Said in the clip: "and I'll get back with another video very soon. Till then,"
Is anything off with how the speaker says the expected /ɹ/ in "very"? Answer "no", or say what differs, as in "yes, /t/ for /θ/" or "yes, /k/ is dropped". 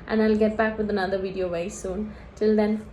yes, /ɹ/ is dropped